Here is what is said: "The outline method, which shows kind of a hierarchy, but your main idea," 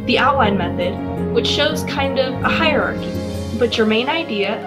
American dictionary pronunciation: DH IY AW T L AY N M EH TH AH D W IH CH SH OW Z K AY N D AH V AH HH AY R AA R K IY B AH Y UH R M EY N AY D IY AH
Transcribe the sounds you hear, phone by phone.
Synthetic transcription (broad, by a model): DH IY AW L AY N M EH TH AH D W IH CH SH OW Z K AY N D AH V AH HH AY R AA R K IY B AH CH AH R M EY N AY D IY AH